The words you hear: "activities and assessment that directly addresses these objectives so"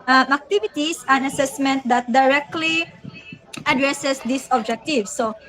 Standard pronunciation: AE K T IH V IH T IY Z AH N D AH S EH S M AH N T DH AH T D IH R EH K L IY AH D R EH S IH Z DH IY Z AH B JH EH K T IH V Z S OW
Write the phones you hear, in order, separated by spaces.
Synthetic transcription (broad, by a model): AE K T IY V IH T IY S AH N AH S EH S M AH N T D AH T D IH R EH K L IY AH D R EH S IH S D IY S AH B JH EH K T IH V S OW